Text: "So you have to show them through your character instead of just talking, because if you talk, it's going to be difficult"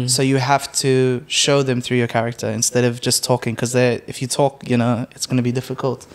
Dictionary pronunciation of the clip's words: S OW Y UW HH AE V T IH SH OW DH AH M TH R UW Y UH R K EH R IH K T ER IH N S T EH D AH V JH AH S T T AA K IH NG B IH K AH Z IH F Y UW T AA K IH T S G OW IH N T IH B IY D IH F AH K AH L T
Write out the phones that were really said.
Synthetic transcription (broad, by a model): S OW Y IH HH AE F T IH SH OW DH AH M TH R UW Y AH R K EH R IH K T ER IH N S T EH D AH V JH AH S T T AA K IH NG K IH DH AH IH F Y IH T AA K IH T S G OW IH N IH B IY D IH F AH K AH L T